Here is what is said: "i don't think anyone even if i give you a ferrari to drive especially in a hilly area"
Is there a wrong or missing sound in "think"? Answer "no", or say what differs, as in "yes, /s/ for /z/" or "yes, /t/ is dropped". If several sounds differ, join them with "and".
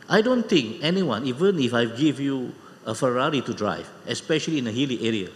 yes, /t/ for /θ/